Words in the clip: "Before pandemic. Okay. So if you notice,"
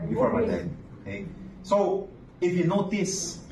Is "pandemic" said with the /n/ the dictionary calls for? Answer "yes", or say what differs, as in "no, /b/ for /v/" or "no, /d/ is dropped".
no, /n/ is dropped